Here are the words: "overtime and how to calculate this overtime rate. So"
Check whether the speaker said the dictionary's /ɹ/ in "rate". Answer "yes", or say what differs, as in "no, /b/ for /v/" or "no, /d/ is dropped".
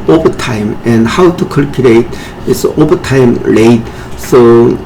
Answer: no, /l/ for /ɹ/